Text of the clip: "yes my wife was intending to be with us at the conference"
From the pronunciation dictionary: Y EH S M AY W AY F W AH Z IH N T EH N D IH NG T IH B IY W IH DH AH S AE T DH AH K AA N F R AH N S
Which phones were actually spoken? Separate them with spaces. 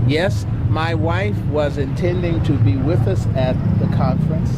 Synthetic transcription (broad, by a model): Y EH S M AY W AY F W AH Z IH N T EH N D IH NG T IH B IY W IH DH AH S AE T DH AH K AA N F R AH N S